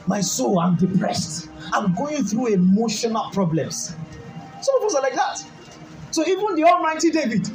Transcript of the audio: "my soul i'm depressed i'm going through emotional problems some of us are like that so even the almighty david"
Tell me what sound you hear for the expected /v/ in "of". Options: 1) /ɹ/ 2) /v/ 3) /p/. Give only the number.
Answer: 3